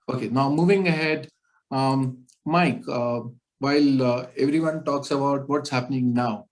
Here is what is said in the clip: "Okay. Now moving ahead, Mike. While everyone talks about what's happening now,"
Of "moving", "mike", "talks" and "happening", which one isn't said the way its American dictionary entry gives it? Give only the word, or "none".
none